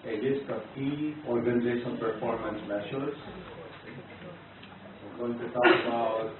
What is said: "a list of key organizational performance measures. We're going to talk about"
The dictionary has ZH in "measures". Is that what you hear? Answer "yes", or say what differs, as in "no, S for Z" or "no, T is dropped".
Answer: no, SH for ZH